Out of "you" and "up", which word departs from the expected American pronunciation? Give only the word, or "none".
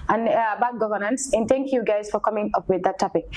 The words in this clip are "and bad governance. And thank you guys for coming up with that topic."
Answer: none